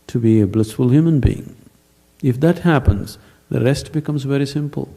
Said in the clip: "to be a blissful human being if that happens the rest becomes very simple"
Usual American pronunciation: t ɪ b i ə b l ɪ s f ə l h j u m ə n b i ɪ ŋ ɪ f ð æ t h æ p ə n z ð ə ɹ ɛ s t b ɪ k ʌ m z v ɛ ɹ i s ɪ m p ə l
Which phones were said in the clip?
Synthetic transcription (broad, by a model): t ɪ b i ə b l ɪ s f ə l h j u m ə n b i ɪ ŋ ɪ f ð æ t h æ p ə n z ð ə ɹ ɛ s t b ɪ k ʌ m z v ɛ ɹ i s ɪ m p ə l